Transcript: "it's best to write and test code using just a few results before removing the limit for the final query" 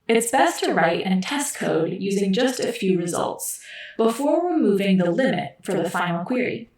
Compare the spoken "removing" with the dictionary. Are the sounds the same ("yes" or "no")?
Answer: no